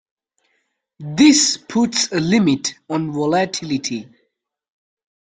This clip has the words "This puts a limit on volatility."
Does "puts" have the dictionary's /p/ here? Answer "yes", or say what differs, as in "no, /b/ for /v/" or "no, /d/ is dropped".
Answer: yes